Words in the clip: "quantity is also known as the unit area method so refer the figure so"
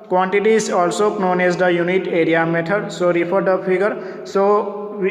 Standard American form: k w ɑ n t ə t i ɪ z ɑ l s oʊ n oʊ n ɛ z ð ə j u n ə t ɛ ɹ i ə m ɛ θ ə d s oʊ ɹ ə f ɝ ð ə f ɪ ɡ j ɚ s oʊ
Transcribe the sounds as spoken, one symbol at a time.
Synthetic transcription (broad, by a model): k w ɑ n t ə t i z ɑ l s oʊ n oʊ n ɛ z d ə j u n ə t ɛ ɹ i ə m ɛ t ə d s oʊ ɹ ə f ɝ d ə p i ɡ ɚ s oʊ